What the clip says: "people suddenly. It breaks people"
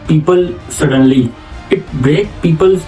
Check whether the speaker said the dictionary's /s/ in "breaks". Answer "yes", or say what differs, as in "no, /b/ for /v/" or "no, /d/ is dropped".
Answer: no, /s/ is dropped